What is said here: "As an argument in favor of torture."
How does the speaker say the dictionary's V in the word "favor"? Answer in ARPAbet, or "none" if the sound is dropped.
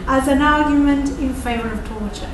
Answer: V